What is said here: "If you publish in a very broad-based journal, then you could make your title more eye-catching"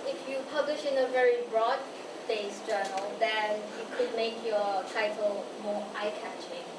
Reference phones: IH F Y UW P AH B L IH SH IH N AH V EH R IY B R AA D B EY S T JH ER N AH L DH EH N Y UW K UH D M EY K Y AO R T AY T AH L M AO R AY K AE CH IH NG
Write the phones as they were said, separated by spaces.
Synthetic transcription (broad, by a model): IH F Y UW P AH B L IH SH IH N AH V EH R IY B R AA D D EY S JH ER N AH L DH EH N Y UW K UH D M EY K Y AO T AY T AH L M AO AY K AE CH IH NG